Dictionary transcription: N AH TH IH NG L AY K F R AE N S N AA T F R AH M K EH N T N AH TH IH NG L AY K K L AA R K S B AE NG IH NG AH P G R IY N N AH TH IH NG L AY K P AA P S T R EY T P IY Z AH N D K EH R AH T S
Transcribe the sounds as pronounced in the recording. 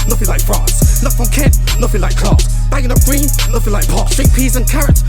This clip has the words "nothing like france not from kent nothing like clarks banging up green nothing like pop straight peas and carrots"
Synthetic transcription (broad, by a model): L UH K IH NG L AY K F R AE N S L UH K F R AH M K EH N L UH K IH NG L AY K K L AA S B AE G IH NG AH P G R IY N L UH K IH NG L AY K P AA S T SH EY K P IY Z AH N K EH R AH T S